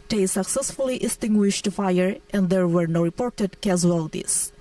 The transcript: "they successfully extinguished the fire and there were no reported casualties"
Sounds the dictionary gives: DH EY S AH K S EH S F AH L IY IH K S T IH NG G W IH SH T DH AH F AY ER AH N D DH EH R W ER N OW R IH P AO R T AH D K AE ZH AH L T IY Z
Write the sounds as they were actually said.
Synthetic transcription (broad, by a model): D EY S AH K S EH S F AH L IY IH S T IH NG G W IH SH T F AY ER AH N D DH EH R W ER N OW R IH P AO R T AH D K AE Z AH L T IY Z